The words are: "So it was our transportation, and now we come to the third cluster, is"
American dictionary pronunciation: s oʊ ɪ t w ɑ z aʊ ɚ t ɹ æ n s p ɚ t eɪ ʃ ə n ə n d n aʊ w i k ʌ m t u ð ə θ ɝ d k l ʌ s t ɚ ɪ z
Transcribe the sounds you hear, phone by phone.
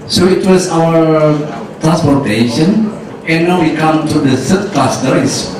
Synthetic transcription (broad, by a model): s oʊ ɪ t w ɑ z aʊ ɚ t ɹ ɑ n s p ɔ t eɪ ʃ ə n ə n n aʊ w i k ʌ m t u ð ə s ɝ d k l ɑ s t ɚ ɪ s